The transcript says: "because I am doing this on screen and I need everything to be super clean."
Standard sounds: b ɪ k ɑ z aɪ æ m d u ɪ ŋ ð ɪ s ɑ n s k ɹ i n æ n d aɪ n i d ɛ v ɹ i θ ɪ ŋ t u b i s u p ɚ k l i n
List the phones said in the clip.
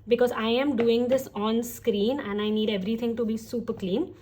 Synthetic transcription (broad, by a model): b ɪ k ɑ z aɪ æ m d u ɪ ŋ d ɪ s ɑ n s k ɹ i n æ n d aɪ n i d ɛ v ɹ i t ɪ ŋ t u b i s u p ɚ k l i n